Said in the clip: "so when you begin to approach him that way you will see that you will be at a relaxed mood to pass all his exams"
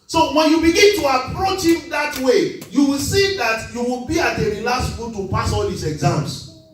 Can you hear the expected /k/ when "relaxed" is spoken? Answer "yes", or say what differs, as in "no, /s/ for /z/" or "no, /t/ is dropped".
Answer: no, /k/ is dropped